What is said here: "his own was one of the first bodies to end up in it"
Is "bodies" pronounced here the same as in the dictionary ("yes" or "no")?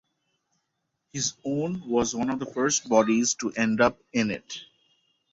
yes